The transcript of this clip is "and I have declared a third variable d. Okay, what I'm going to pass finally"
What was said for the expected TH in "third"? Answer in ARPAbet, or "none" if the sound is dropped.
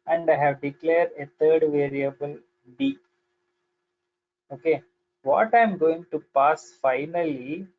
T